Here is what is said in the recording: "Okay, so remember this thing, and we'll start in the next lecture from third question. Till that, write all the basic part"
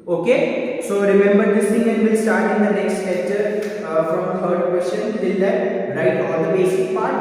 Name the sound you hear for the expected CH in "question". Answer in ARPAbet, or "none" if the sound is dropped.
SH